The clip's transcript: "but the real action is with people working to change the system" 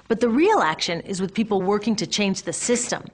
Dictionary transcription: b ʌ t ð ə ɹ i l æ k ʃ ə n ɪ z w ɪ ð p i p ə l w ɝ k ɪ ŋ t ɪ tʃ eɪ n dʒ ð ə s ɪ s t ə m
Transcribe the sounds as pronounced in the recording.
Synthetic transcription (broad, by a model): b ʌ t ð ə ɹ i l æ k ʃ ə n ɪ z w ɪ ð p i p l w ɝ k ɪ ŋ t ɪ tʃ eɪ n dʒ ð ə s ɪ s t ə m